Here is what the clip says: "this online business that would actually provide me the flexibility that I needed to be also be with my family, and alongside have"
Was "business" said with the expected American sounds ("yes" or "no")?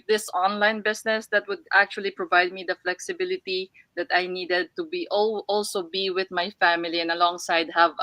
no